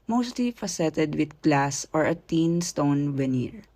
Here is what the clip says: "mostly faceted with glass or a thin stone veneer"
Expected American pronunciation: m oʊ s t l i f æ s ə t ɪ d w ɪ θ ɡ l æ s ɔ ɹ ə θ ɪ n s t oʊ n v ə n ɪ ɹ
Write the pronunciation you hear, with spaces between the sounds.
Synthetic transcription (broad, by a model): m oʊ s t l i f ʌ s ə t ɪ d w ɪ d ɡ l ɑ s ɔ ɹ ə t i n s t oʊ n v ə n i ɹ